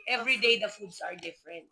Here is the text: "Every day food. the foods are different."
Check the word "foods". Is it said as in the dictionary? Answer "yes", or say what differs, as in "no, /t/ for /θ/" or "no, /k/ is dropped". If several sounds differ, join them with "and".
no, /s/ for /z/